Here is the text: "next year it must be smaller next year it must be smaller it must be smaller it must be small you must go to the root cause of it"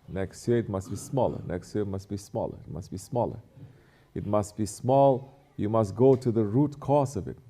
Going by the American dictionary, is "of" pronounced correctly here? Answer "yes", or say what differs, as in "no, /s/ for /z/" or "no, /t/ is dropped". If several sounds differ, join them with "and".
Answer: yes